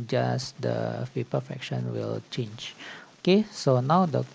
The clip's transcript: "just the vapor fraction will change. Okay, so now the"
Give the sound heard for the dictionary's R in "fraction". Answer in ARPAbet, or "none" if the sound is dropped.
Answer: none